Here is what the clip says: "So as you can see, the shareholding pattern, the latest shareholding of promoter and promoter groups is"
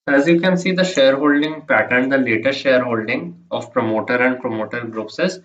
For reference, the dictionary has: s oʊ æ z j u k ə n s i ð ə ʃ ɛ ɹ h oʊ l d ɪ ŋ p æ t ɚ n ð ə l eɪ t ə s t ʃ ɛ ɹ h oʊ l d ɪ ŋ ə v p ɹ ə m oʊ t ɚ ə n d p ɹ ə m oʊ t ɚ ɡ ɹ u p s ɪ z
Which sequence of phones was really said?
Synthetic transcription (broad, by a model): æ z j u k ə n s i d ə ʃ ɛ ɹ h oʊ l d ɪ ŋ p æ t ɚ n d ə l eɪ t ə t ʃ ɛ ɹ h oʊ l d ɪ ŋ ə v p ɹ ə m oʊ t ɚ ə n d p ɹ ə m oʊ t ɚ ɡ ɹ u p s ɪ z